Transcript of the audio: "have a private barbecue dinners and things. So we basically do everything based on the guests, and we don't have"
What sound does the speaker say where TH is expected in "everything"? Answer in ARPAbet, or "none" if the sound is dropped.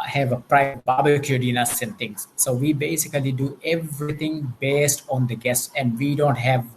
T